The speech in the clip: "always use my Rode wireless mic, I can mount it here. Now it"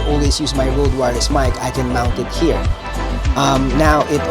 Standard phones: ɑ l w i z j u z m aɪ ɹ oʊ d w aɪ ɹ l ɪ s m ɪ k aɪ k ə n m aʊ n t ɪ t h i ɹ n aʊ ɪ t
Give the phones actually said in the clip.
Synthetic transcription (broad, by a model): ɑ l w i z j u z m aɪ ɹ oʊ d w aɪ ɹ ɪ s m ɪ k aɪ k ə n m aʊ n t ɪ t h i ɹ n aʊ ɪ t